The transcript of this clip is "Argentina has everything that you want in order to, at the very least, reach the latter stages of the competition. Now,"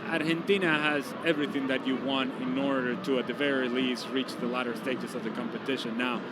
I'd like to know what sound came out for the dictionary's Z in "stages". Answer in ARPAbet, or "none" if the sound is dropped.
S